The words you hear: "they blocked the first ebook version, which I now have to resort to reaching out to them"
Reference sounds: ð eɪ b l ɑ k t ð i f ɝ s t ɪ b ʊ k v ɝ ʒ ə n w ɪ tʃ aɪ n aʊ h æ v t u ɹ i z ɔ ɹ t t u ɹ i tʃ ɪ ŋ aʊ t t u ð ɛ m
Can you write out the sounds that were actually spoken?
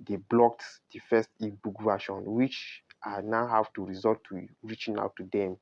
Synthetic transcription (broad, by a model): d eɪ b l ɑ k t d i f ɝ s t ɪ b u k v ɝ ʃ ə n w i tʃ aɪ n aʊ h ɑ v t u ɹ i z ɔ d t t u ɹ i tʃ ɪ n aʊ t t u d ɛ m